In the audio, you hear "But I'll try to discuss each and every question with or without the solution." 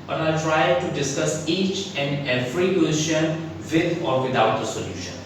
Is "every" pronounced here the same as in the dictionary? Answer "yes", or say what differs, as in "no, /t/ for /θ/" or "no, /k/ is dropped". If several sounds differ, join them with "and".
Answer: no, /f/ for /v/